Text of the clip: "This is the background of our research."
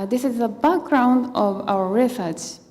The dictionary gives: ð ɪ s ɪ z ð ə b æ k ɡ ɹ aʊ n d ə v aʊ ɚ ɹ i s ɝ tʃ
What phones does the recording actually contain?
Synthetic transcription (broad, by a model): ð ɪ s ɪ z ð ə b æ k ɡ ɹ aʊ n d ə v aʊ ɚ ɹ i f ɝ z